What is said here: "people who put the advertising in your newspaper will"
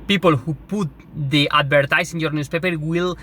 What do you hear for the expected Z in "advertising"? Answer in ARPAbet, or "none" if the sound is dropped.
S